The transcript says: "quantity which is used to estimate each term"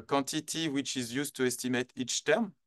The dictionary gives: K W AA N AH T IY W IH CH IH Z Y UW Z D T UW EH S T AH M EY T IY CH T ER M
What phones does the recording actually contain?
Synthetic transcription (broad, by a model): K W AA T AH T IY W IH CH IH Z Y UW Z T UW EH S T AH M EY T IY CH T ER M